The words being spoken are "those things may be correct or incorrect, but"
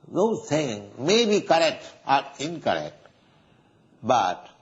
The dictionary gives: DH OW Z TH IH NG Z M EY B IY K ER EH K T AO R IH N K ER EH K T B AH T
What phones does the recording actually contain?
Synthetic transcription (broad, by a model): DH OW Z T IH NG M EY B IY K ER EH K T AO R IH N K ER EH K T B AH T